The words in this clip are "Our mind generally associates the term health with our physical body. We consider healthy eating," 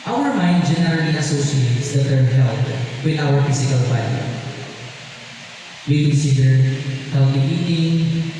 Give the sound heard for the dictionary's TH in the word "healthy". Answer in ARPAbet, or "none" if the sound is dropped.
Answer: T